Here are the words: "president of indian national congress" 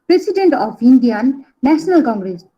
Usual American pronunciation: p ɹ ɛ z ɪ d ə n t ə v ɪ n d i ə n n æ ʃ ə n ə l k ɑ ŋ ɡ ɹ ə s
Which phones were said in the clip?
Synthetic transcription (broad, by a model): p ɹ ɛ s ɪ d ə n t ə p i n d i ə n n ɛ s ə n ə l k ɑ ŋ ɡ ɹ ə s